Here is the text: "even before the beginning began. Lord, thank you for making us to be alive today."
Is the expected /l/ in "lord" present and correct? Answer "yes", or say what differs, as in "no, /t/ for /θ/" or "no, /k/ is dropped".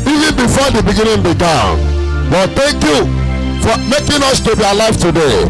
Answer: no, /w/ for /l/